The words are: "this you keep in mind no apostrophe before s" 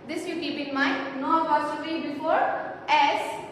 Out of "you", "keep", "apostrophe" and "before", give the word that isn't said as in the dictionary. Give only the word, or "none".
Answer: apostrophe